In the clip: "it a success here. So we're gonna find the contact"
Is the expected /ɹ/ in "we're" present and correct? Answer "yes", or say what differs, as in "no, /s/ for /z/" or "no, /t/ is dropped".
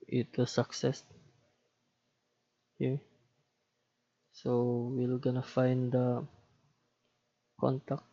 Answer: no, /l/ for /ɹ/